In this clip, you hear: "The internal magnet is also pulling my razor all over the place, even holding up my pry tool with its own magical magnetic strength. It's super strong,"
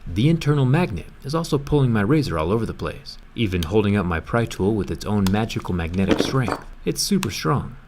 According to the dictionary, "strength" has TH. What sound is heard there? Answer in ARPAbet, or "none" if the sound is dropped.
TH